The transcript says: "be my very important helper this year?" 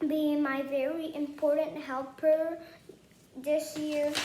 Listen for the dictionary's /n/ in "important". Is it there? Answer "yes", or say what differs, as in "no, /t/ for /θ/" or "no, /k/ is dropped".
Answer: yes